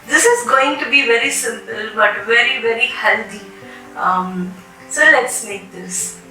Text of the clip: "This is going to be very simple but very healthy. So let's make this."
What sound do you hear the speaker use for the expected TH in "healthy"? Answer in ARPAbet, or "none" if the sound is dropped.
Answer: T